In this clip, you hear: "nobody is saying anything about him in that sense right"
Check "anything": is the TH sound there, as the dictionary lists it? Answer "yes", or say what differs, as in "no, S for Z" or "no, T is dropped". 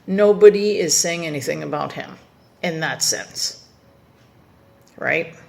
yes